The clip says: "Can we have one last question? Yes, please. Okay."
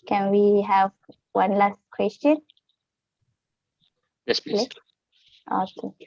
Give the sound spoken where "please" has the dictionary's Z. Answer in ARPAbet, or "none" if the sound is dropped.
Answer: none